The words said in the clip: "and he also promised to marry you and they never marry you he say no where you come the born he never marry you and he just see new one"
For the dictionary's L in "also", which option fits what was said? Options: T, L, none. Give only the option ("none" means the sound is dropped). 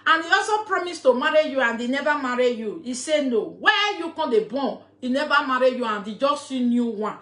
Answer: none